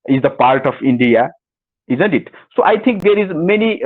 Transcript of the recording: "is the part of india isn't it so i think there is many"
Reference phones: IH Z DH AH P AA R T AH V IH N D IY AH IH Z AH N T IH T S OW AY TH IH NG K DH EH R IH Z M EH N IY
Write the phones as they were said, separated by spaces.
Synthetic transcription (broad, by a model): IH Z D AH P AA R T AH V IH N D IY AH IH Z AH N T IH T S OW AY T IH NG K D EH R IH Z M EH N IY